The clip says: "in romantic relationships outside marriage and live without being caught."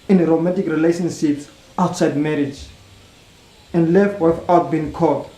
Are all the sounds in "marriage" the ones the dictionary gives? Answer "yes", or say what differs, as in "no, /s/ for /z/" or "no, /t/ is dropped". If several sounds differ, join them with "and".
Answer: yes